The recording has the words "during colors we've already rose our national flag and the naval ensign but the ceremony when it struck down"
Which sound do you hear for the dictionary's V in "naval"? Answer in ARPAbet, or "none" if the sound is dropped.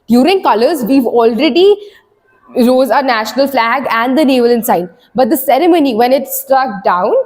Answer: V